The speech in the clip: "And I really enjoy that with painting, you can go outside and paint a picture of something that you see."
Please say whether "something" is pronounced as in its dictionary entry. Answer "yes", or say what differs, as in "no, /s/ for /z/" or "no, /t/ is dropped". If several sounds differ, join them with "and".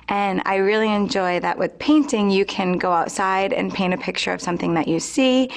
yes